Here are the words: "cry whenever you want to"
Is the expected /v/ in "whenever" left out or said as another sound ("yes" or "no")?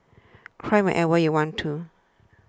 yes